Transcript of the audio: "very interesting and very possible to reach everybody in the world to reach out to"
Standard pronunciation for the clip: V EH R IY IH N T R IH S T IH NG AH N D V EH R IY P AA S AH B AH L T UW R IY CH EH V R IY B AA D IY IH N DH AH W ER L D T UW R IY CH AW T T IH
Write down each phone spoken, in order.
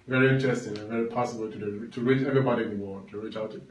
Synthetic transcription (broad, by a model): V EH R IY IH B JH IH S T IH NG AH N V EH R IY P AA S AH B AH L T UW R IY CH EH V R IY B AA D IY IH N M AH T UW R IY CH AW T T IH